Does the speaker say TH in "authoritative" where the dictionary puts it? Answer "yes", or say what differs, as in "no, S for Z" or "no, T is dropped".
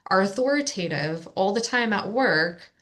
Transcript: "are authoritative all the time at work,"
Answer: yes